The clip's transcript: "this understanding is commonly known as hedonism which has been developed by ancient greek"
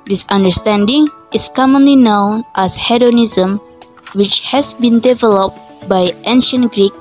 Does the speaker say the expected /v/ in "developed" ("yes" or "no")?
yes